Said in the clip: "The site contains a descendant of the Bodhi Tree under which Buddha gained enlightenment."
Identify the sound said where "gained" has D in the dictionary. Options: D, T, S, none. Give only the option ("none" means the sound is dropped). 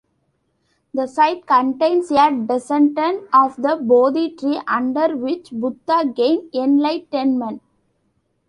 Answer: none